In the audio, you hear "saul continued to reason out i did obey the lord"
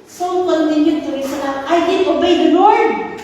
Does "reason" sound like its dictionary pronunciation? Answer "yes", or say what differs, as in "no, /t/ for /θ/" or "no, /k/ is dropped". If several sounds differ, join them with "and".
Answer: no, /s/ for /z/